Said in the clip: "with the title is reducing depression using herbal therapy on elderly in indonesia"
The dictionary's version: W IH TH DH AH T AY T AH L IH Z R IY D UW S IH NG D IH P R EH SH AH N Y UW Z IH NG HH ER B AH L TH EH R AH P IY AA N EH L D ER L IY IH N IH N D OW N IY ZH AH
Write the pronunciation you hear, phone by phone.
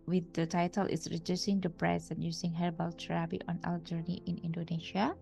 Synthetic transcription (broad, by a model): W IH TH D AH T AY T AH L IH S R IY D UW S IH NG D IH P R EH S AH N Y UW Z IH NG HH ER B AH L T R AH B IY AA N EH L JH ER N IY IH N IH N D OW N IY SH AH